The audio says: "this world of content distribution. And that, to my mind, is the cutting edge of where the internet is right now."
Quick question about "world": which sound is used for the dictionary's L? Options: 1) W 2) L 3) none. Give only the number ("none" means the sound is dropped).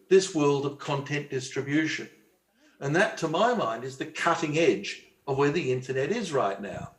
2